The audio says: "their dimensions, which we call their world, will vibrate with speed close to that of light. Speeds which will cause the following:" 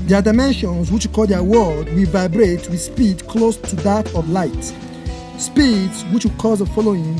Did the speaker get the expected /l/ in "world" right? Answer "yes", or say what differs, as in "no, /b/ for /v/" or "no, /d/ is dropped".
no, /l/ is dropped